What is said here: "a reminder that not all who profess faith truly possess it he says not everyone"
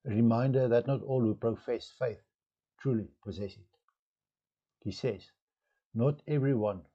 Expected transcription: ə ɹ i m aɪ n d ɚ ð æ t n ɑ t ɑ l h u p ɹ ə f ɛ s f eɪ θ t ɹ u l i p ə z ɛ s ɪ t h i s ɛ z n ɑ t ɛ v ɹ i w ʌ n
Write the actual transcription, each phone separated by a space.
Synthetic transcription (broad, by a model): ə ɹ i m aɪ n d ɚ ð æ t n ɑ t ɑ l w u p ɹ ə f ɛ s f eɪ θ t ɹ u l i p ə z ɛ s ɪ t h i s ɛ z n ɑ t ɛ v ɹ i w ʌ n